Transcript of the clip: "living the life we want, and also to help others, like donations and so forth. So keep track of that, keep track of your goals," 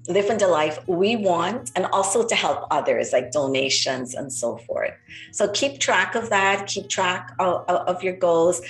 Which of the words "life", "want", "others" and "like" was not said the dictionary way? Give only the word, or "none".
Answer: none